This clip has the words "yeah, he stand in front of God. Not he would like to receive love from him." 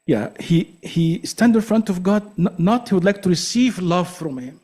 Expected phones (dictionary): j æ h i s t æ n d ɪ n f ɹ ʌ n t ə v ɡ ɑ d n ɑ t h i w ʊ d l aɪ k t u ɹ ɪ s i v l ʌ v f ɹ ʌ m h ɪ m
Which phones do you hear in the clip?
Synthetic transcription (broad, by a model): j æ h i s t æ n d ɪ n f ɹ ʌ n t ə v ɡ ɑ d n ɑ t h i w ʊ d l aɪ k t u ɹ ɪ s i v l ʌ v f ɹ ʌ m h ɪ m